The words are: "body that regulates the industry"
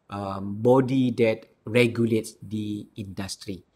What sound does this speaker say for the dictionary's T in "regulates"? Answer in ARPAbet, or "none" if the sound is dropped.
T